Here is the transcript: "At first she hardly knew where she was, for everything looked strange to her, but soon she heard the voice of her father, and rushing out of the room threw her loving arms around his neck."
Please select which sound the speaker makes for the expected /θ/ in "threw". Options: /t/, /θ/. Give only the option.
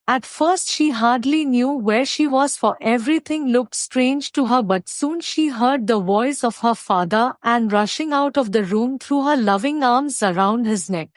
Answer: /t/